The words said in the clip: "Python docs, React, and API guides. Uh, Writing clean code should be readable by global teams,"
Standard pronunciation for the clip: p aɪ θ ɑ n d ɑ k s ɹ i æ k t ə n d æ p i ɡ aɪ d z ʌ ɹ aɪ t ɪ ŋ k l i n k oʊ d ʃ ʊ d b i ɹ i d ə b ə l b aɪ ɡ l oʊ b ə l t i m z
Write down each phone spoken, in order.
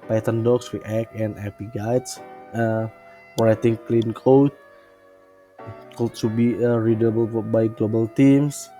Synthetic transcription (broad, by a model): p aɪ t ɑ n d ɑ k s w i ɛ k ə n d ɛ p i ɡ aɪ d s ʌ ɹ aɪ t ɪ ŋ k l i n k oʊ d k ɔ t b i ɹ i d ə b ə l b aɪ ɡ l oʊ b ə l t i m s